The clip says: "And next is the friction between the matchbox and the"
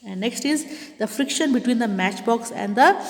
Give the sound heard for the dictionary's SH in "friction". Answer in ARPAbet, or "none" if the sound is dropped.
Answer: SH